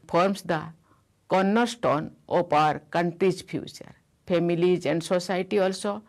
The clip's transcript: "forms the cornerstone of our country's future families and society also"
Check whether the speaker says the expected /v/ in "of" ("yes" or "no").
no